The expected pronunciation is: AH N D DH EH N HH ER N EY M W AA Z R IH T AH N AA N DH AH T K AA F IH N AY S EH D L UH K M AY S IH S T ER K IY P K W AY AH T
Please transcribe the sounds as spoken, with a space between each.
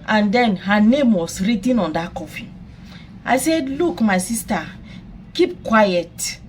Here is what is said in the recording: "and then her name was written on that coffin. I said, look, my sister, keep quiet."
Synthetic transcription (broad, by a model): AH N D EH N HH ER N EY M W AA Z R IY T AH N AA N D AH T K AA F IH AY S EH D L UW K M AY S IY S T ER K IY P K W AY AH T